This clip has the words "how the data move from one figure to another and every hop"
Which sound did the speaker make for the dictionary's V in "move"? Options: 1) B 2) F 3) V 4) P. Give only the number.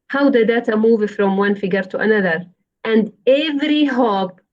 3